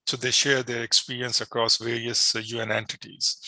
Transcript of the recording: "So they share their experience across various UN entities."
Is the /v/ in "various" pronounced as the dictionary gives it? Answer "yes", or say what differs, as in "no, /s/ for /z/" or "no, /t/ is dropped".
yes